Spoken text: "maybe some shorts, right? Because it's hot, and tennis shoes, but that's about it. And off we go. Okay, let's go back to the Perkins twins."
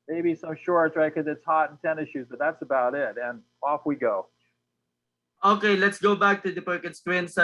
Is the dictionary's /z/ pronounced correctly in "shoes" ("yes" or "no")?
yes